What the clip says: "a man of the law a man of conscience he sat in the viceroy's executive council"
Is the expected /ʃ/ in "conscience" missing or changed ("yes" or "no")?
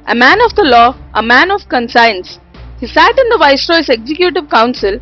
yes